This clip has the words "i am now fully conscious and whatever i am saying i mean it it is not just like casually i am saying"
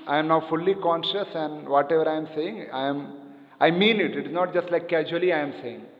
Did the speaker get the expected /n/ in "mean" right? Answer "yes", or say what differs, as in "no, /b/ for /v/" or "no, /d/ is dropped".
yes